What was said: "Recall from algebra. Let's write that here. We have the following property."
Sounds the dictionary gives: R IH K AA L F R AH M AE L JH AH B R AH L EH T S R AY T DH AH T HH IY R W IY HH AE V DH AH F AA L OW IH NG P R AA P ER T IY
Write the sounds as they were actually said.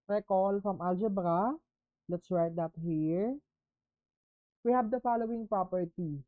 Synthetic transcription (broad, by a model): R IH K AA L F R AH M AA L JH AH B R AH L EH T S W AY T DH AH T HH IY R W IY HH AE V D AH F AA L OW IH NG P R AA P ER T IY